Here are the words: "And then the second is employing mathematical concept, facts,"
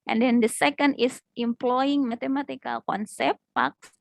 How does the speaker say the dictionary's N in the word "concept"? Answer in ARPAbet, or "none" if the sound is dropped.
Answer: N